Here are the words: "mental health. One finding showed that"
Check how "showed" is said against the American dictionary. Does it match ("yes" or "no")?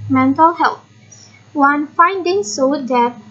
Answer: no